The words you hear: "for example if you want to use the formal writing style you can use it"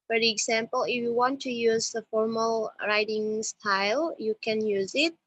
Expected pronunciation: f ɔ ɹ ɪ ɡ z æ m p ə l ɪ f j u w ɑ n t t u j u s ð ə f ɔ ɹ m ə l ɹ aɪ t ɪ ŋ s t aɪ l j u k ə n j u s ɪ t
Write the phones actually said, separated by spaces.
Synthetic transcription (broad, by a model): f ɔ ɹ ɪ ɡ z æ m p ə l ɪ f j u w ɑ n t t u j u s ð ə f ɔ ɹ m ə l ɹ aɪ t ɪ ŋ s t aɪ l j u k ə n j u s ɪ t